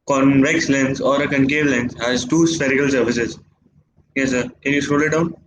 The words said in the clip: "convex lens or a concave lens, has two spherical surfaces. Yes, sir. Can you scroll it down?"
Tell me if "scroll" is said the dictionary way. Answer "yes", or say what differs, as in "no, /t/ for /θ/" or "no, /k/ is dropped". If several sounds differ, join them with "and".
no, /k/ is dropped